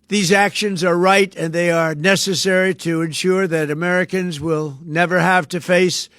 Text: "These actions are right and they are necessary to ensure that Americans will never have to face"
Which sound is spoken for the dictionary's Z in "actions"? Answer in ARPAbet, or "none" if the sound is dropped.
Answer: Z